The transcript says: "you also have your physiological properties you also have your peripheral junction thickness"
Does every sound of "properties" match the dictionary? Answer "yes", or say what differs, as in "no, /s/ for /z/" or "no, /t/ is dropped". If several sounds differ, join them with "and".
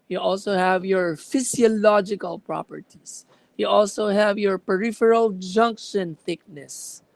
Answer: no, /s/ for /z/